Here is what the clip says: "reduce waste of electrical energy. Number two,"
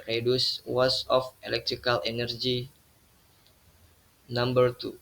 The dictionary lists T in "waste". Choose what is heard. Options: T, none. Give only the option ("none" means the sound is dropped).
none